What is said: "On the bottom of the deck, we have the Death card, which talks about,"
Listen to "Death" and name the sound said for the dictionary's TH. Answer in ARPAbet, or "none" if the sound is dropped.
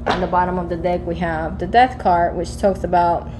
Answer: TH